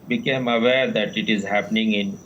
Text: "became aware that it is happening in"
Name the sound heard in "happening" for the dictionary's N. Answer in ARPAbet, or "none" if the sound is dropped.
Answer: N